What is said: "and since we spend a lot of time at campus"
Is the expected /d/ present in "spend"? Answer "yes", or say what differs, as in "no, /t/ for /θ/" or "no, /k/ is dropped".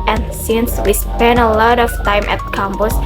no, /d/ is dropped